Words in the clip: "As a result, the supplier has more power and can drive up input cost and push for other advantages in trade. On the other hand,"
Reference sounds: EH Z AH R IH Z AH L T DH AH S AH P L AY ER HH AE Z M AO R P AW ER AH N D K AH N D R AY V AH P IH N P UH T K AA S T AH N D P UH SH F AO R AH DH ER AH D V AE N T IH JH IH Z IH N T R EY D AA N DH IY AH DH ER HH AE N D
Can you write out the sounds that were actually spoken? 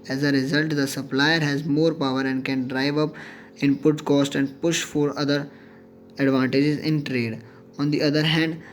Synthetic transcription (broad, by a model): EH Z AH R IH Z AH L T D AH S AH P L AY ER HH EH Z M AO R P AW ER AH N D K AH N D R AY V AH P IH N P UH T K AA S T AH N D P UH SH F AO R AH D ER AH D V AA N T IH JH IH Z IH N T R EY D AA N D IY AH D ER HH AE N D